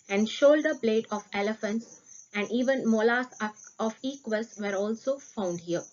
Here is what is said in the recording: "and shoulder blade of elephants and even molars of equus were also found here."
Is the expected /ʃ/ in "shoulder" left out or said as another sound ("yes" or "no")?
no